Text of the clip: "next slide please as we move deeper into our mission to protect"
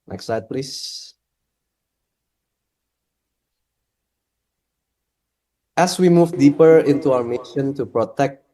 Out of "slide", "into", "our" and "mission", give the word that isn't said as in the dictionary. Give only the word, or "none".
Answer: slide